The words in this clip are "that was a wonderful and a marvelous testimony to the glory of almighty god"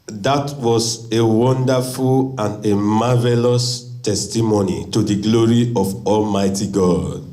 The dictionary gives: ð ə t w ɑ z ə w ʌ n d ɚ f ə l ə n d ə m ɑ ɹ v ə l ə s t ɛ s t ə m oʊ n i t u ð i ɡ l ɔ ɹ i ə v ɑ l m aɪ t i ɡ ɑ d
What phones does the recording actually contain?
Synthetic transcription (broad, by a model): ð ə t w ɑ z ə w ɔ n d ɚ f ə l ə n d ə m ɑ v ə l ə s t ɛ s t ə m oʊ n i t u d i ɡ l ɔ ɹ i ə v ɑ l m aɪ t i ɡ ɑ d